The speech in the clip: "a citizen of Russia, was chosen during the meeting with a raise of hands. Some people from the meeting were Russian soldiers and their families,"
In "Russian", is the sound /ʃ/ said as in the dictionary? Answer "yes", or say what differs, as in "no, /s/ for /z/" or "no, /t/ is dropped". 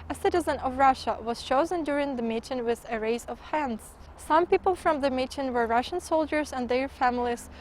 yes